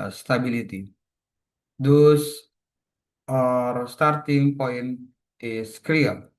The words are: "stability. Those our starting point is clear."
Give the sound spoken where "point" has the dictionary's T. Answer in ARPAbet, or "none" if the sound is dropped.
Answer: none